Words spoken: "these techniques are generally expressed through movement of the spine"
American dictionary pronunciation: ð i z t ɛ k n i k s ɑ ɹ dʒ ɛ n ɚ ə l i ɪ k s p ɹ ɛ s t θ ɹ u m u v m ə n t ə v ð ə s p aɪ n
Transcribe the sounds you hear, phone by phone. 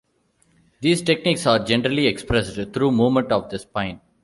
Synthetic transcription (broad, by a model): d i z t ɛ k n i k s ɑ ɹ dʒ ɛ n ɚ ə l i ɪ k s p ɹ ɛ s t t ɹ u m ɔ m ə n t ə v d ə s p aɪ n